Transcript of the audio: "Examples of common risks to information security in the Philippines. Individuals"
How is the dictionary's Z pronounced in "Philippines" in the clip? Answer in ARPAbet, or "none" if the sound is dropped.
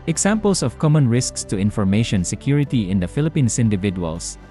S